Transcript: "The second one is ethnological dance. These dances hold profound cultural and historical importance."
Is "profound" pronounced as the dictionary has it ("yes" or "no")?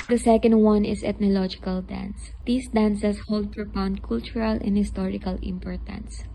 no